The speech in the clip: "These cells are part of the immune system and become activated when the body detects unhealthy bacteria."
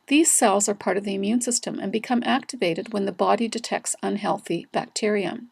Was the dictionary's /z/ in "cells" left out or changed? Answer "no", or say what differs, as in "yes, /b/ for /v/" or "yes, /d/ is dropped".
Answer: no